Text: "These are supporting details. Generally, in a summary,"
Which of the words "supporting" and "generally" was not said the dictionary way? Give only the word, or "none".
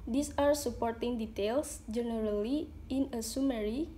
none